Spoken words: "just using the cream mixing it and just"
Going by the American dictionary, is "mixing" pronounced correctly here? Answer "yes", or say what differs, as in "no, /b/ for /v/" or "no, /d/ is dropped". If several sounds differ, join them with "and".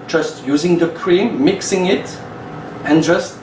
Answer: yes